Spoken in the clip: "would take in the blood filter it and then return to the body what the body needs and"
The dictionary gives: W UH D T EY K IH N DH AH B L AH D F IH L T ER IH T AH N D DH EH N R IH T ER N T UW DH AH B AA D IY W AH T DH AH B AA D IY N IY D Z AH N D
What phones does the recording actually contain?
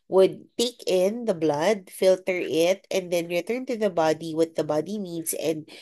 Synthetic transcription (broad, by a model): W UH D T EY K IH N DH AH B L AH D F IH L T ER IH T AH N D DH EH N R IH T ER N T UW DH AH B AA D IY W AH T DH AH B AA D IY N IY D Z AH N D